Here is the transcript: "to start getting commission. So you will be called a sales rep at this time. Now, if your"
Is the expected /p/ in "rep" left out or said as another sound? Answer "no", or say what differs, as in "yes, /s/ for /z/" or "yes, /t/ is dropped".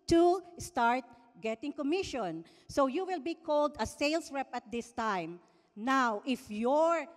no